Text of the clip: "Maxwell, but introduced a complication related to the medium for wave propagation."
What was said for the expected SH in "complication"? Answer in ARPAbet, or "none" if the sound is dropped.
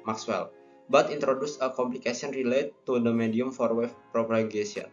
S